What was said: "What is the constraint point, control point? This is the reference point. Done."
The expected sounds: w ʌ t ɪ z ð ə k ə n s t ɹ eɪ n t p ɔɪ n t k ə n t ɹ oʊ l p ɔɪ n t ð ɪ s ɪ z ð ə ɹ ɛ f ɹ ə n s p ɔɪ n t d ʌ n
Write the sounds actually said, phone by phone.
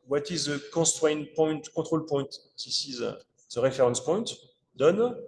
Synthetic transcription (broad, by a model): w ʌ t ɪ z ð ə k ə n s t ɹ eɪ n p ɔɪ n t k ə t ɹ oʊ l p ɔɪ n t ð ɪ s ɪ z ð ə ɹ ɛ f ɹ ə n s p ɔɪ n t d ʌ n